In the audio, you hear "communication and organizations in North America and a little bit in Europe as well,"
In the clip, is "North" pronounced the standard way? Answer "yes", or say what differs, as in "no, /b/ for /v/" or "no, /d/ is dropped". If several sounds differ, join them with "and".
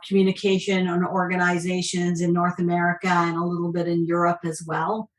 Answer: yes